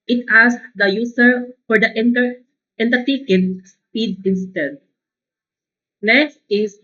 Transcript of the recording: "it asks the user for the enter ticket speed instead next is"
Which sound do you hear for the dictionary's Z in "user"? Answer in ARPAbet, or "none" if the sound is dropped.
S